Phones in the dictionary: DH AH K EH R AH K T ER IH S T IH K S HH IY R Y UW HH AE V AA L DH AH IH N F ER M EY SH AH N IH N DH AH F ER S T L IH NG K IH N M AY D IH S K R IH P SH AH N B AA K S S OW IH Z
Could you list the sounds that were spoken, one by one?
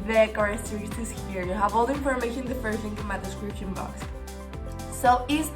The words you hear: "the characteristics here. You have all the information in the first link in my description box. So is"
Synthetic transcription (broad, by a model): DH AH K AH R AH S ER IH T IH S HH IY R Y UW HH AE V AA L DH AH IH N F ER M EY AH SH IH N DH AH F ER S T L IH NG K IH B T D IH S K R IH P SH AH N B AA K S S OW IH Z